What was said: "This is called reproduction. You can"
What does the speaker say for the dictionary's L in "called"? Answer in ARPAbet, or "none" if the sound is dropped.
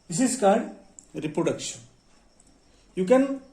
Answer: none